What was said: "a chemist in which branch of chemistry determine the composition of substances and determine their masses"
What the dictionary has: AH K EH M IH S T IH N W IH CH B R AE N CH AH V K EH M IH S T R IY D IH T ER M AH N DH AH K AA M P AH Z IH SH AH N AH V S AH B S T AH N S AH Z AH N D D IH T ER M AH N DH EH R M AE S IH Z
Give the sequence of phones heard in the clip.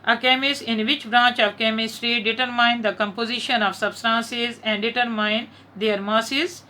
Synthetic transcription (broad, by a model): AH K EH M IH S IH N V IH CH B R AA N CH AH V K EH M IH S T R IY D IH T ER M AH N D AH K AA M P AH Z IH SH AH N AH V S AH B S T AH N S AH Z AH N D D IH T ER M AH N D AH R M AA S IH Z